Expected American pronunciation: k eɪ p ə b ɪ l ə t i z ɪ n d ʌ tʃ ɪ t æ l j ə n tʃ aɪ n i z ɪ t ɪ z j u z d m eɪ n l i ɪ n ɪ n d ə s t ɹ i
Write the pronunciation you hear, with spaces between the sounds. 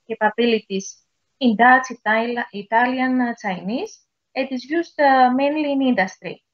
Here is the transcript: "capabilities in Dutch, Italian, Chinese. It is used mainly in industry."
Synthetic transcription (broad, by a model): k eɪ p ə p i l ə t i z ɪ n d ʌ s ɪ t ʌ l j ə n s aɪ n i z ɪ t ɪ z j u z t m eɪ n l i n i n d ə s t ɹ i